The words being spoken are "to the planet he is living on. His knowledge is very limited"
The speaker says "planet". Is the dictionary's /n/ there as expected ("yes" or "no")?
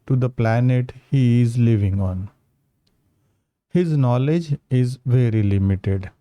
yes